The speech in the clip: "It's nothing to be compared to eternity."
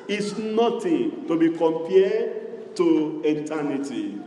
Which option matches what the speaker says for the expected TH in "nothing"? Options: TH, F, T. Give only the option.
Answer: T